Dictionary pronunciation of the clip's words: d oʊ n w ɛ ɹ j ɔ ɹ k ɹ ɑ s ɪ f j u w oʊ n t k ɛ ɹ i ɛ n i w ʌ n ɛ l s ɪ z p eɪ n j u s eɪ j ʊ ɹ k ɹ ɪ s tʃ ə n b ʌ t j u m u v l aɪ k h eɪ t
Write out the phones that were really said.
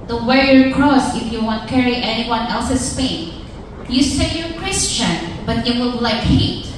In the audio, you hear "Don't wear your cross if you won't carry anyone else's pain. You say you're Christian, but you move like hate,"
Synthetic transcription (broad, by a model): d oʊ w ɛ ɹ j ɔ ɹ k ɹ ɑ s ɪ f j u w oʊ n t k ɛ ɹ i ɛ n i w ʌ n ɛ l s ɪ s p eɪ n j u s eɪ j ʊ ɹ k ɹ ɪ s tʃ ə n b ʌ t j u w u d l aɪ k h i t